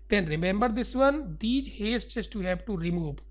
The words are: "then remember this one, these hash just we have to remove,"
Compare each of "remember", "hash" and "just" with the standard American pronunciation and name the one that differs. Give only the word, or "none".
hash